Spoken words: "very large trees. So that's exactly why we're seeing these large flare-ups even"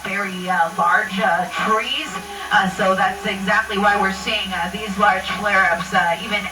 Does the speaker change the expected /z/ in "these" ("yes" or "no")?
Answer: no